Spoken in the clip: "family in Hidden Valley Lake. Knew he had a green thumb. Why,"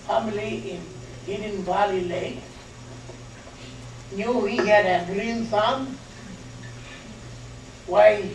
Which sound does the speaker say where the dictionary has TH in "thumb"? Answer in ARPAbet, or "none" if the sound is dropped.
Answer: S